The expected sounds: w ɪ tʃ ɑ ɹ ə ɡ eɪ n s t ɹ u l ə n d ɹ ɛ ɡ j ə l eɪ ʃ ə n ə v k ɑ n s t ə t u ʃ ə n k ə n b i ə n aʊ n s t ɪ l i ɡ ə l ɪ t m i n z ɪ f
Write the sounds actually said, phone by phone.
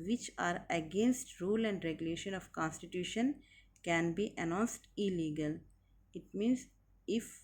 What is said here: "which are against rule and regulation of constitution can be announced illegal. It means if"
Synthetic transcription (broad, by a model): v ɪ tʃ ɑ ɹ ə ɡ eɪ n s t ɹ u l ə n d ɹ ɛ ɡ j ə l eɪ ʃ ə n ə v k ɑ n s t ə t u ʃ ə n k ə n b i ə n aʊ n s t ɪ l i ɡ ə l ɪ t m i n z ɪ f